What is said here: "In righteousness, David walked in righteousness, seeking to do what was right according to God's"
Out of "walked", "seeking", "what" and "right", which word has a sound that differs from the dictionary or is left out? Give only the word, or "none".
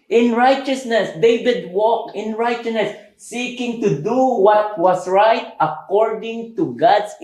walked